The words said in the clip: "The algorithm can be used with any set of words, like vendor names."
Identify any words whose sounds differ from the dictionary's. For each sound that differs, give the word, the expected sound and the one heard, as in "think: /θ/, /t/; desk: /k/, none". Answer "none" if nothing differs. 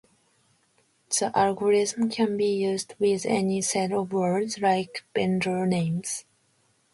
vendor: /v/, /b/